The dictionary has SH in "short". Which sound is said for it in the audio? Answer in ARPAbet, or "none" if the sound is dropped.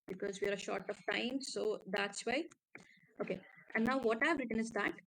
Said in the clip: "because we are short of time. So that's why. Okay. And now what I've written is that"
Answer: SH